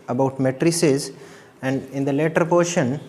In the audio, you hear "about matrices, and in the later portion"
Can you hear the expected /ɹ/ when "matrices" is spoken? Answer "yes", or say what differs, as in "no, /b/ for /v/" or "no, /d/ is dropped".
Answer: yes